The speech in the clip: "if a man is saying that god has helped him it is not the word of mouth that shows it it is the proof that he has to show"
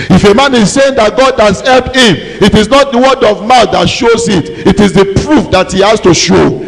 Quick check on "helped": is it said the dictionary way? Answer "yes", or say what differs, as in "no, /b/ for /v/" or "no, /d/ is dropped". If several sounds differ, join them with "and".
no, /t/ is dropped